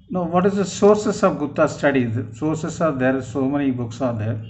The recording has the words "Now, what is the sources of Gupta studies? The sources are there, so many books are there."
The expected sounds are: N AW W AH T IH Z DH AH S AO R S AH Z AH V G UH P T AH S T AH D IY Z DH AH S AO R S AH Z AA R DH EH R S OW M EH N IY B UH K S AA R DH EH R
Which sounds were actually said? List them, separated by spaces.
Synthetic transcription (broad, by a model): N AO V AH T IH Z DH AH S AO R S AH S AH V G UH T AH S T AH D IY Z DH S AO R S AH S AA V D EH R S OW M EH N IY B UH K S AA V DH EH R